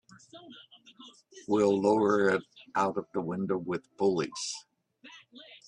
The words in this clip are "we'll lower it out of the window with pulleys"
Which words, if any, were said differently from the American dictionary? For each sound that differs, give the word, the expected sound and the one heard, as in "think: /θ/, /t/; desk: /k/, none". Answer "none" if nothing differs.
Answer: pulleys: /p/, /b/